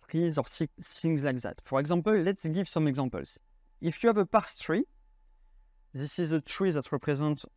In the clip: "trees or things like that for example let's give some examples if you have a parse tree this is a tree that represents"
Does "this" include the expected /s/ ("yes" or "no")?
yes